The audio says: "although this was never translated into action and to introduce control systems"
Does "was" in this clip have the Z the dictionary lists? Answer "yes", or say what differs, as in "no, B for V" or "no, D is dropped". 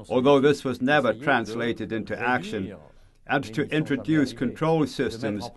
yes